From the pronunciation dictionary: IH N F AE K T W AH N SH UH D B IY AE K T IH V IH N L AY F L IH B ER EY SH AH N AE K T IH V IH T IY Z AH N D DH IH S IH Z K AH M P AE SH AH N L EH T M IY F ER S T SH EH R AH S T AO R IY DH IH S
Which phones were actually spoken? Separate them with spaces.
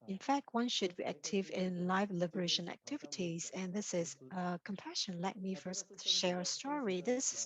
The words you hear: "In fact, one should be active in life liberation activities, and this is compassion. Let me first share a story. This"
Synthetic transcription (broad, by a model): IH N F AE K T W AH N SH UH D B IY AE K T IH V IH N L AY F L IH B ER EY SH AH N AE K T IH V IH T IY Z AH N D DH IH S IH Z K AH M P AE SH AH N L EH T M IY F ER S T SH EH R AH S T AO R IY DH IH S